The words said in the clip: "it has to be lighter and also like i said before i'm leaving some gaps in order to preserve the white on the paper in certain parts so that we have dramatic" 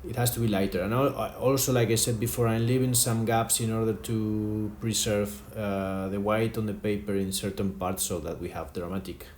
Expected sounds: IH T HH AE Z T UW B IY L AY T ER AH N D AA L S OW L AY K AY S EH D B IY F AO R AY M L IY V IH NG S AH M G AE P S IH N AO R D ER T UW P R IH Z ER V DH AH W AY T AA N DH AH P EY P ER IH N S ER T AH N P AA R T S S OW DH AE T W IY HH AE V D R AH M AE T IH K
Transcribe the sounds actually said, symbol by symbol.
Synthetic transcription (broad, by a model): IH T HH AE S T UW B IY L AY T ER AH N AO AA L S OW L AY K AY S EH D B IY F AO R AY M L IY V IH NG S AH M G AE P S IH N AO R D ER T UW P R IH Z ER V DH AH W AY T AA N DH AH P EY P ER IH N S ER T AH N P AA R T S S OW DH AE T W IY HH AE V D R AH M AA T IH K